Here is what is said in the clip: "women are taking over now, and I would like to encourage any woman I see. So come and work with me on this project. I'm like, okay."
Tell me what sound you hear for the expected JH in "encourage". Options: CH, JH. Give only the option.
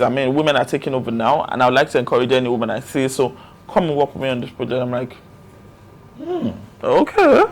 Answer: JH